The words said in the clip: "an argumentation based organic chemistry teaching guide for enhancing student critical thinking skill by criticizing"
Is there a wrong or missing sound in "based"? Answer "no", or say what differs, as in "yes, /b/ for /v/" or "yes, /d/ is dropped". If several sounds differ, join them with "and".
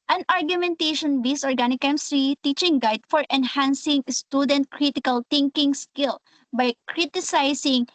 yes, /t/ is dropped